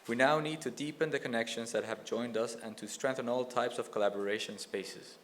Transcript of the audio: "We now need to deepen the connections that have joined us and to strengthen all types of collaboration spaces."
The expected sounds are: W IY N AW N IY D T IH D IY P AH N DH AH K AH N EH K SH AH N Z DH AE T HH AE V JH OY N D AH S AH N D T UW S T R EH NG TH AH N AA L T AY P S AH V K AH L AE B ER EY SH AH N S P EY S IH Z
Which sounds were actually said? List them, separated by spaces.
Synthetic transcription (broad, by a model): W IY N AW N IY D T IH D IY P AH N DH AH K AH N EH K SH AH N Z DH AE T HH AE V JH OY N D AH S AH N T UW S T R EH NG TH AH N AA L T AY P S AH V K AH L AE B ER EY SH AH N S P EY S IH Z